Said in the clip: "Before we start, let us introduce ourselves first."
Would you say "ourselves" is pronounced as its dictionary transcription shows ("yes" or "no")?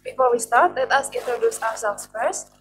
no